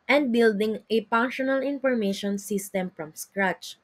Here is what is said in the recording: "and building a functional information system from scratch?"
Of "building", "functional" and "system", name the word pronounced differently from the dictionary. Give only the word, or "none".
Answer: functional